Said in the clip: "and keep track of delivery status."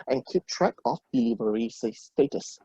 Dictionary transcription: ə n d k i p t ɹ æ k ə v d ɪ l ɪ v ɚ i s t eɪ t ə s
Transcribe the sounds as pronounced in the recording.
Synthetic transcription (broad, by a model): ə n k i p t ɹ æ k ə f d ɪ l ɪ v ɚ i s t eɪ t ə s